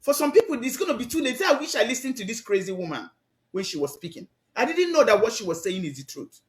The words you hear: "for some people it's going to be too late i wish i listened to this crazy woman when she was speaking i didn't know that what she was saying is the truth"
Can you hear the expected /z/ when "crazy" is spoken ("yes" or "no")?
yes